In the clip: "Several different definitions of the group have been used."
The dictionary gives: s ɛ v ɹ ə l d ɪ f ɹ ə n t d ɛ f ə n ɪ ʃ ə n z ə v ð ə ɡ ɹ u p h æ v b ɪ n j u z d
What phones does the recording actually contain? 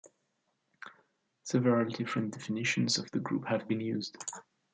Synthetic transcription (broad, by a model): s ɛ v ə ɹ d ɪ f ɹ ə n d ɛ f ə n ɪ ʃ ə n z ə v ð ə ɡ ɹ u p h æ v b ɪ n j u z d